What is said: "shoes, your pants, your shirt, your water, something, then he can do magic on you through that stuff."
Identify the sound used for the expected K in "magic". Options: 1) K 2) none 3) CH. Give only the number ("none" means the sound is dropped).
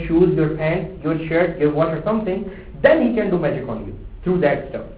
1